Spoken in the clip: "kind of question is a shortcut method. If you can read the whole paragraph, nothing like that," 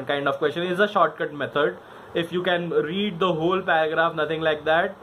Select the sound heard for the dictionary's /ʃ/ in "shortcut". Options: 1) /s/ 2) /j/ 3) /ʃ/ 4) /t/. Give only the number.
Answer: 3